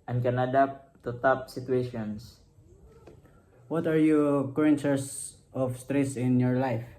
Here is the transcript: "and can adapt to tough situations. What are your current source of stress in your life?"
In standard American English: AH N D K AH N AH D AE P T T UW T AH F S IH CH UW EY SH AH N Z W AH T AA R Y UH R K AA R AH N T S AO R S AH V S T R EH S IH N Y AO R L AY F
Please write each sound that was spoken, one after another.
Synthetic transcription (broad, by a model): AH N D K AH N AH D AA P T T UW T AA P S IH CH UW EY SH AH N S W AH T AA R Y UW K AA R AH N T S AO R S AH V S T R EH S IH N Y AO R L AY F